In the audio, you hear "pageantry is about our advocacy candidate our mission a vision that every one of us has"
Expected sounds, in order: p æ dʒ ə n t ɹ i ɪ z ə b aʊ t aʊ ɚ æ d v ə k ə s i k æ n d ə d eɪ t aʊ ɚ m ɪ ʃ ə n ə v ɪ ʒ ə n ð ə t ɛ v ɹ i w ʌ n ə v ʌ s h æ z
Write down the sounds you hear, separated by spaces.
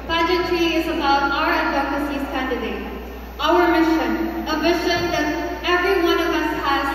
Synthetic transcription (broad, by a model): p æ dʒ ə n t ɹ i ɪ z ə b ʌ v aʊ ɚ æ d ə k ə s i k æ n d ə d eɪ t aʊ ɚ m ɪ ʃ ə n ə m ɪ ʃ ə n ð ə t ɛ v ɹ i w ʌ n ə v ʌ s h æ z